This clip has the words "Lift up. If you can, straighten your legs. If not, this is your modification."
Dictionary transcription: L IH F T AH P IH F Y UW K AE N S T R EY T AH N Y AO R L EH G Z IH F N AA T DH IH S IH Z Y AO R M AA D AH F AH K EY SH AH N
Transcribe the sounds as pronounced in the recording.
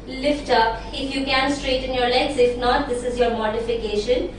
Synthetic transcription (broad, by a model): L IH F T AH P IH F Y UW K AE N S T R EY T AH N Y AO R L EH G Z IH F N AA T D IH S IH Z Y AO R M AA D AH F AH K EY SH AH N